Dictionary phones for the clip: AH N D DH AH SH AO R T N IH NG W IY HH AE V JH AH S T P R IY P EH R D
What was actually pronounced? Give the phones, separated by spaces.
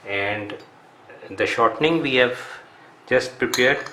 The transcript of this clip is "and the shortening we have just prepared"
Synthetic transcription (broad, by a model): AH N D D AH SH AO R T N IH NG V IY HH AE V JH AH S T P R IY P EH R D